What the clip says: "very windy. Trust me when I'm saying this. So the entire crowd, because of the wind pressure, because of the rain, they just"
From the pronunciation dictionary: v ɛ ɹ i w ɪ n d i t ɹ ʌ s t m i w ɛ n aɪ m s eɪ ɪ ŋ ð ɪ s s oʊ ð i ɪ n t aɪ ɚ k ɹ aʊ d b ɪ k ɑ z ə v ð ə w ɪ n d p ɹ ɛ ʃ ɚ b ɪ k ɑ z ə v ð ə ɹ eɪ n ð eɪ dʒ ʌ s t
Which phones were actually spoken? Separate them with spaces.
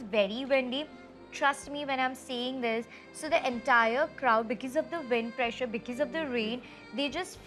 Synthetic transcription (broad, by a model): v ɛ ɹ i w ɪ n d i t ɹ ʌ s t m i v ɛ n aɪ m s eɪ ɪ ŋ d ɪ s s oʊ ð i ɪ n t aɪ ɚ k ɹ aʊ d b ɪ k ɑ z ə v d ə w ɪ n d p ɹ ɛ ʃ ɚ b ɪ k ɑ z ə v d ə ɹ eɪ n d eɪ dʒ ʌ s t